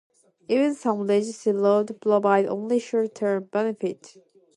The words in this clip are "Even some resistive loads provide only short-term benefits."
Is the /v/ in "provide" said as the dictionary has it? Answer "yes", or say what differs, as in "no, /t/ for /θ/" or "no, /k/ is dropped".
no, /b/ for /v/